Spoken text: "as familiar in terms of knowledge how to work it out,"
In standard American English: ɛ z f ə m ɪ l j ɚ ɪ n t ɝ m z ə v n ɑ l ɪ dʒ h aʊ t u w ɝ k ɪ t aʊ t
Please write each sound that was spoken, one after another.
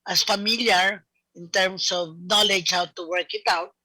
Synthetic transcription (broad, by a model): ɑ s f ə m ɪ l j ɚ ɪ n t ɝ m s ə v n ɑ l ɪ dʒ h aʊ t u w ɝ k ɪ t aʊ t